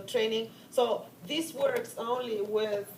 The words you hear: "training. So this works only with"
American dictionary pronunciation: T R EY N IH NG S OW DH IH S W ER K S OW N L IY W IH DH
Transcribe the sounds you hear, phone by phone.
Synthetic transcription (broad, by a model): T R EY N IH NG S OW DH IH S W ER K S OW N L IY W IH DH